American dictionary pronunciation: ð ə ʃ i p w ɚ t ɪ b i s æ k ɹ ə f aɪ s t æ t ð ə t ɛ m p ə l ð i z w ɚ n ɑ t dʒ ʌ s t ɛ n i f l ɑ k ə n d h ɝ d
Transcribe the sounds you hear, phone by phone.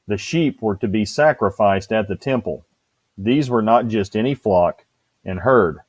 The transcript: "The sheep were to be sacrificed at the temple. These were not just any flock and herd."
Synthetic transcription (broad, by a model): ð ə ʃ i p w ɚ t ɪ b i s æ k ɹ ə f aɪ s t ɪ t ð ə t ɛ m p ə l ð i z w ɚ n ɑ t dʒ ʌ s t ɛ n i f l ɑ k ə n h ɝ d